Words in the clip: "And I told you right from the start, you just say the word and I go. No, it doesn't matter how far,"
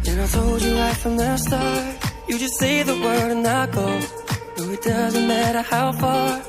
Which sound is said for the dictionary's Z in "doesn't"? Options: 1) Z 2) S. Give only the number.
1